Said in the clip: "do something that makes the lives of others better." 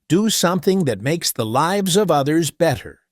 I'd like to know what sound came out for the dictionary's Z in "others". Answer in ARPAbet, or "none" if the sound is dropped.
Z